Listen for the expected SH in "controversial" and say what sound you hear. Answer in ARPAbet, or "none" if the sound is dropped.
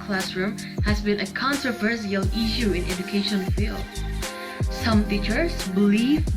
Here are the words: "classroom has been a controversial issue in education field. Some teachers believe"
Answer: S